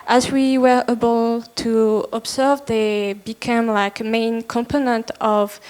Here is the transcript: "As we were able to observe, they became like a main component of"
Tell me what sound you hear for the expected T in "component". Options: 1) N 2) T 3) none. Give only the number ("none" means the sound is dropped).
2